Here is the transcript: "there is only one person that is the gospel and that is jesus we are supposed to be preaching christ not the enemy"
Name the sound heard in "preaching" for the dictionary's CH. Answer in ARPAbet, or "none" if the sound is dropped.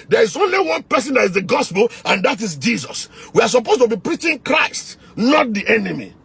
CH